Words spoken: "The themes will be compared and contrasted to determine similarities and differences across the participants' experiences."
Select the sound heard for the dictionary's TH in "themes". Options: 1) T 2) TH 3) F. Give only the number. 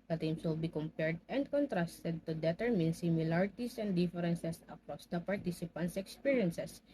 1